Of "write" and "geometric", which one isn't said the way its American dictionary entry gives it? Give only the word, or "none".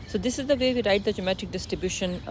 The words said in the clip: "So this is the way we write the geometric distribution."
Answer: geometric